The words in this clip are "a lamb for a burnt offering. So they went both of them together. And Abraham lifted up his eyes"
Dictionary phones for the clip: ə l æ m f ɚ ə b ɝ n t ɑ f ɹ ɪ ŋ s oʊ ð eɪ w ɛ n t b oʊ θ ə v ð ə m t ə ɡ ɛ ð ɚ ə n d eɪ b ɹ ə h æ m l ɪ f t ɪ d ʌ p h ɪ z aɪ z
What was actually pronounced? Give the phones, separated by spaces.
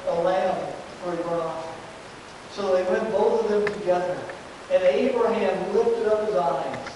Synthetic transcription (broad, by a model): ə l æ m f ɚ ə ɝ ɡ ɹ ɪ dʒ s oʊ ð eɪ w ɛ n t b oʊ θ ə v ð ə m t ə ɡ ɛ ð ɚ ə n eɪ b ɹ ə h æ m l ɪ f t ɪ d ʌ p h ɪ z aɪ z